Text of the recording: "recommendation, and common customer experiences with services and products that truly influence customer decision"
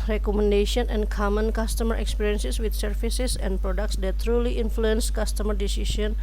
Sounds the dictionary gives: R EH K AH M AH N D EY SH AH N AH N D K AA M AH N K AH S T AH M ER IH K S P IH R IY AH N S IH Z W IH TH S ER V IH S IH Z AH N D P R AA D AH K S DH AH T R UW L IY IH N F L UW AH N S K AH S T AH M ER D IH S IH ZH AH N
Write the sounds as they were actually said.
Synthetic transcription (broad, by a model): R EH K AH M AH N D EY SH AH N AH N K AA M AH N K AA S T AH M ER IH K S P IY R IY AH N S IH S W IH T S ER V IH S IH S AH N P R AA D AH K S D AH T R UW L IY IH N F L UW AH N S K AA S T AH M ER D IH S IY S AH N